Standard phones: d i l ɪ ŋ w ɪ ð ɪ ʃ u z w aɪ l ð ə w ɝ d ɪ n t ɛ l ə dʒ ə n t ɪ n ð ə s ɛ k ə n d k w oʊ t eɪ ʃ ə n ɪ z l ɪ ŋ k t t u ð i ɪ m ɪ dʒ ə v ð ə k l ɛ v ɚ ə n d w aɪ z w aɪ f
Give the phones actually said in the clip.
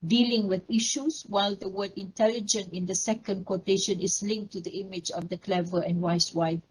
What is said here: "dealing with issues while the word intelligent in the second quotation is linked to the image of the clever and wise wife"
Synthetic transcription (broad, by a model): d i l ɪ ŋ w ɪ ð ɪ ʃ u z w aɪ l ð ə w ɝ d ɪ n t ɛ l ə dʒ ə n t ɪ n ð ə s ɛ k ə n d k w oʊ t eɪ ʃ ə n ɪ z l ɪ ŋ k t t u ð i ɪ m ɪ dʒ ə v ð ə k l ɛ v ɚ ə n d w aɪ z w aɪ